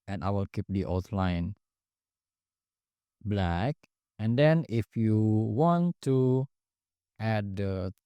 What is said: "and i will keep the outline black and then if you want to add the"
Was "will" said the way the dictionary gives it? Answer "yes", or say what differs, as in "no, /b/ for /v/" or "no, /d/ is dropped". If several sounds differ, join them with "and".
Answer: yes